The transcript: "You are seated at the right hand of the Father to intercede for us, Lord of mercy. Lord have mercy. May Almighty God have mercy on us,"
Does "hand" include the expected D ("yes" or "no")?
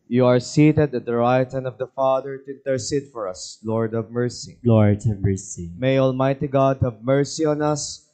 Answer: no